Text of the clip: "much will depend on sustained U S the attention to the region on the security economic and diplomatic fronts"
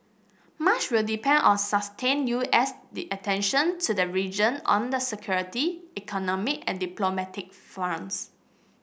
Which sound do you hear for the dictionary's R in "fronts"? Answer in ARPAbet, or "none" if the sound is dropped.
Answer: none